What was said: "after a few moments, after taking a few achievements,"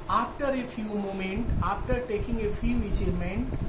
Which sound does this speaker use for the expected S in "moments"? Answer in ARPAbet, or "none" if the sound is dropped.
none